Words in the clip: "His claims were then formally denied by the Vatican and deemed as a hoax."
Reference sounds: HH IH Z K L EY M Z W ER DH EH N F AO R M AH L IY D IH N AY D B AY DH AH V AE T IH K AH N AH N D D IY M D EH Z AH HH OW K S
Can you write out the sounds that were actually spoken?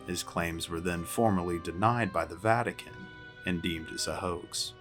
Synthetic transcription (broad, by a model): HH IH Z K L EY M Z W ER DH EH N F AO R M AH L IY D IH N AY D B AY DH AH V AE T IH K AH N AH N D D IY M D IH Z AH HH OW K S